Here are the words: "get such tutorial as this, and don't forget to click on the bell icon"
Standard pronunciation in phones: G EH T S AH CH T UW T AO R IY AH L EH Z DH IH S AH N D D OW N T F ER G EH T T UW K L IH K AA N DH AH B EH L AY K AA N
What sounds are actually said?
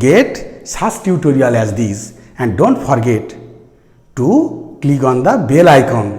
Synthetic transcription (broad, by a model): G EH T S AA S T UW T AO R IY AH L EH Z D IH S AH N D D OW N T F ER G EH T T UW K L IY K AA N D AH B EH L AY K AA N